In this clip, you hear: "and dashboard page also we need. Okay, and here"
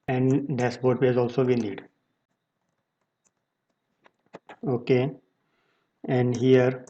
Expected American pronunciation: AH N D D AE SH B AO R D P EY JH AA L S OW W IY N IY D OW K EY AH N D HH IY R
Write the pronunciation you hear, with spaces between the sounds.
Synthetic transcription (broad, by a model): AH N D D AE S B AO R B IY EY Z AA L S OW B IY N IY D OW K EY AH N D HH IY R